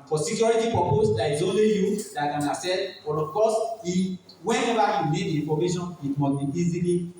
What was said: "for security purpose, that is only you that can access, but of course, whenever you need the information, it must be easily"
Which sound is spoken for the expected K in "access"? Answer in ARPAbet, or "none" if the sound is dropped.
none